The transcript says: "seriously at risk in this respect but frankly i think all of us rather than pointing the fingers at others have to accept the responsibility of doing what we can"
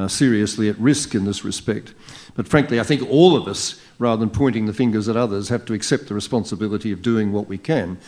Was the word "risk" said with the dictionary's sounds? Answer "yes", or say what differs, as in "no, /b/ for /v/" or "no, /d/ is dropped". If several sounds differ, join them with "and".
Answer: yes